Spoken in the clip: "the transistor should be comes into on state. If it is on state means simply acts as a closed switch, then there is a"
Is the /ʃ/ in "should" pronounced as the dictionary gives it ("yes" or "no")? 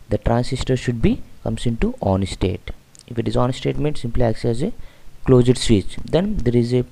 yes